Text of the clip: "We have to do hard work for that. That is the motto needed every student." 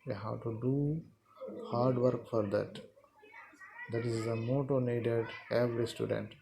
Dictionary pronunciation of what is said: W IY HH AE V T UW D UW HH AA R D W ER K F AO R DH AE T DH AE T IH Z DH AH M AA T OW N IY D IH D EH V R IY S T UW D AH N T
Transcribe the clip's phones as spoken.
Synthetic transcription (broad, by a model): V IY HH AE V T UW D UW HH AA R D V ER K F AO R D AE T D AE T IH Z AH M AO T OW N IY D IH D EH V R IY S T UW D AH N T